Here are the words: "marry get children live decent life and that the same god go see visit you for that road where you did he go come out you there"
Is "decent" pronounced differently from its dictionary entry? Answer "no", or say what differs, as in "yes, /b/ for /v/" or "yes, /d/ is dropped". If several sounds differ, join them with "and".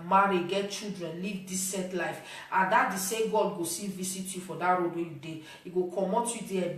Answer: yes, /n/ is dropped